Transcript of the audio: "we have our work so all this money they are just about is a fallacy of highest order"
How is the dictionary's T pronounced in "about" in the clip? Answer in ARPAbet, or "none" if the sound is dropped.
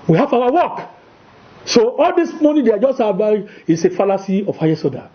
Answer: none